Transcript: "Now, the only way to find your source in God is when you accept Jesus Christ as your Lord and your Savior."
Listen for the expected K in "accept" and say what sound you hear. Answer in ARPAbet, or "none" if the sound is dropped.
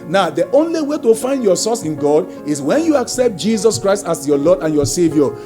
K